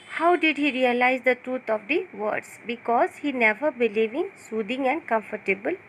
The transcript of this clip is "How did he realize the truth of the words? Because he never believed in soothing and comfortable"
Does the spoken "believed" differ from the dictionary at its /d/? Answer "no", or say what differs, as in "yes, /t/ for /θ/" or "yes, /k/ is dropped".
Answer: yes, /d/ is dropped